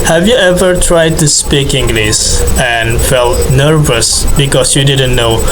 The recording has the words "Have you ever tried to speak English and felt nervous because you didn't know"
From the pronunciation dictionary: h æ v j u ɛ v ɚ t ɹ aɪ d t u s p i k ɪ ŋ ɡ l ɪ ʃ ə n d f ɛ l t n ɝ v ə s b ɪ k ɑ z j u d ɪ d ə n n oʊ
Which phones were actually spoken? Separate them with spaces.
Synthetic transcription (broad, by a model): h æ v j u ɛ v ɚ t ɹ aɪ d t u s p i k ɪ ŋ ɡ l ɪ s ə n f ɛ l t n ɝ v ə s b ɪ k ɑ s j u d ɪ d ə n n oʊ